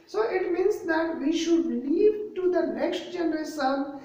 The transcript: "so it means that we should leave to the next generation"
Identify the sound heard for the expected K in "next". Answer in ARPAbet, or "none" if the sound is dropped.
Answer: K